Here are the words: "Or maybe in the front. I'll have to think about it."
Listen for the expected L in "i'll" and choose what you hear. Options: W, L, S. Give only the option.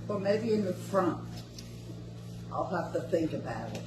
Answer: L